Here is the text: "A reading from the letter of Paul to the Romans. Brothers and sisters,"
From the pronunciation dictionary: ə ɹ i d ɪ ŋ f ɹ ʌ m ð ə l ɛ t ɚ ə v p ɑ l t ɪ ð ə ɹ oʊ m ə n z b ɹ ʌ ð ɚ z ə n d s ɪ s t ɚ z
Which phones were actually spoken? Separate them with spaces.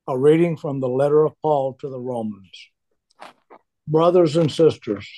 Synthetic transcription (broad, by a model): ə ɹ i d ɪ ŋ f ɹ ʌ m ð ə l ɛ t ɚ ə v p ɑ l t ɪ ð ə ɹ oʊ m ə n z b ɹ ʌ ð ɚ z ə n s ɪ s t ɚ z